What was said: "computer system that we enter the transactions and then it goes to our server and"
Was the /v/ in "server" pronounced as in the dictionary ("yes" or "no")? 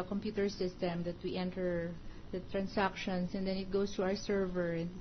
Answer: yes